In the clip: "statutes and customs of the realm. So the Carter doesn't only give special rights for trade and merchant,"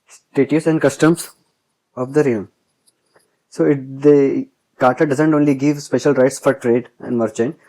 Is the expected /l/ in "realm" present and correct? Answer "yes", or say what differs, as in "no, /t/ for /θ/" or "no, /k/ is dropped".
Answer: no, /l/ is dropped